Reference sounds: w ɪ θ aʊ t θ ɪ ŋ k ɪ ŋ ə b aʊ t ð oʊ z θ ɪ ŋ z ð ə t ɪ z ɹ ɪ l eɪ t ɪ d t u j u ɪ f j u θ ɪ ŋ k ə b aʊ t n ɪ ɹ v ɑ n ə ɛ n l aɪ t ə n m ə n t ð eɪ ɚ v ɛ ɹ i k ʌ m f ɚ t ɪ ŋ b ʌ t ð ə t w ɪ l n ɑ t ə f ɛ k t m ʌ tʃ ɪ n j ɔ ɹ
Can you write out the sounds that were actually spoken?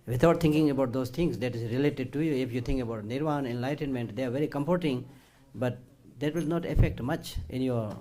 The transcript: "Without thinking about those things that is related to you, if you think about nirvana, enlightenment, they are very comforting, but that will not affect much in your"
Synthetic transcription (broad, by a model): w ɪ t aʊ t t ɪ ŋ k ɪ ŋ ə b aʊ t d oʊ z t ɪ ŋ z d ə t ɪ z ɹ ɪ l eɪ t ɪ d t u j u ɪ f j u t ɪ ŋ k ə b aʊ t n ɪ ɹ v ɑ n ɛ n l aɪ t ə n m ə n t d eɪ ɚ v ɛ ɹ i k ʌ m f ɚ t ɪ ŋ b ʌ t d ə t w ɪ l n ɑ t ə f ɛ k t m ʌ tʃ ɪ n j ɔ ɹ